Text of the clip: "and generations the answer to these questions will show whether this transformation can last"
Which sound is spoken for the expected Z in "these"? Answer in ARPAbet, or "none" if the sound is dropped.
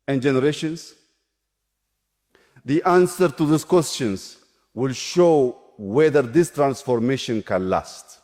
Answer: S